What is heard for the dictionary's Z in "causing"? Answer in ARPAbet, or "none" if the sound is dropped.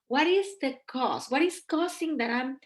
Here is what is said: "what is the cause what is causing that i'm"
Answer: S